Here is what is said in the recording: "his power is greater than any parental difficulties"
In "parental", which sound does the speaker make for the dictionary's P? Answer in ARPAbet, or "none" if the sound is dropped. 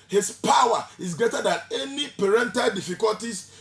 P